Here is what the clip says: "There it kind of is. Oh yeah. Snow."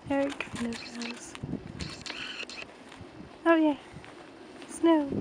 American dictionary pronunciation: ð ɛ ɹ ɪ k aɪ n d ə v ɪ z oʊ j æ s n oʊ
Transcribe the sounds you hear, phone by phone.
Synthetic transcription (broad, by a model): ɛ ɹ ɪ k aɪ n ə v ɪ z oʊ j æ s n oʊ